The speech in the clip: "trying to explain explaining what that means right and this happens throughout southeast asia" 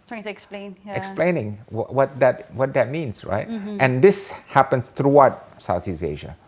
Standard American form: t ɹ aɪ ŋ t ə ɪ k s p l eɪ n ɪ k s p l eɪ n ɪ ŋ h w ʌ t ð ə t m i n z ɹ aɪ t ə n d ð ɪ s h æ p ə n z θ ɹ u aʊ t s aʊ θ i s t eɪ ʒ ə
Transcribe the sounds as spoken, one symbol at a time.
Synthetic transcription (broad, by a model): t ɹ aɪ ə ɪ k s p l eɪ n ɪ k s p l eɪ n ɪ ŋ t w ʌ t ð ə t m i n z ɹ aɪ t ə n d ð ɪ s h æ p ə n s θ ɹ u aʊ t s aʊ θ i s eɪ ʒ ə